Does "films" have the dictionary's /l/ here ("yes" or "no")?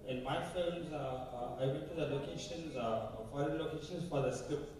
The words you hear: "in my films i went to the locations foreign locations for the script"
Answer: no